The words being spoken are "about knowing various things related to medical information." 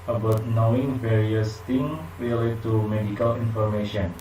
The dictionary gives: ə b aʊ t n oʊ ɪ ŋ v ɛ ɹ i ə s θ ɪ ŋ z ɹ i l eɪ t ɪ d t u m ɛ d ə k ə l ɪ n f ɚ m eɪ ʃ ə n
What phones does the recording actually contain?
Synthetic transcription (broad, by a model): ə b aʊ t n oʊ ɪ ŋ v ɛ ɹ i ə s t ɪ ŋ ɹ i l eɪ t t u m ɛ d ə k ə l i n f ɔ m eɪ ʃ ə n